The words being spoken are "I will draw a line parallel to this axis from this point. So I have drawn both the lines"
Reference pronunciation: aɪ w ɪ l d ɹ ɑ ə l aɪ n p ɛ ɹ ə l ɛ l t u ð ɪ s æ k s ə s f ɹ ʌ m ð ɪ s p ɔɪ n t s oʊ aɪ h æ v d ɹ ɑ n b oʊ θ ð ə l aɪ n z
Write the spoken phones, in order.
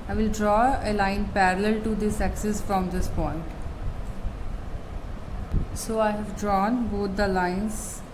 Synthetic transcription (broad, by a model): aɪ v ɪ l d ɹ ɑ ə l aɪ n p ɛ ɹ ə l ɛ l t u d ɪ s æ k s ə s f ɹ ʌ m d ɪ s p ɔɪ n t s oʊ aɪ h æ v d ɹ ɑ n b oʊ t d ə l aɪ n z